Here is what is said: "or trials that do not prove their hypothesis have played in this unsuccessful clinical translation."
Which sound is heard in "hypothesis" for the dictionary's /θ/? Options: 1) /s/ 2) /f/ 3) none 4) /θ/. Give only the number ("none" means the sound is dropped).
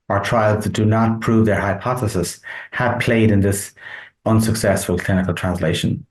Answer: 4